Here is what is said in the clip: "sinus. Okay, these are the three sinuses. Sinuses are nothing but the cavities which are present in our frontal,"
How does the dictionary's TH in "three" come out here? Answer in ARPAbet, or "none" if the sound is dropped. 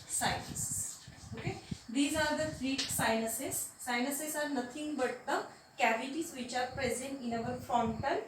F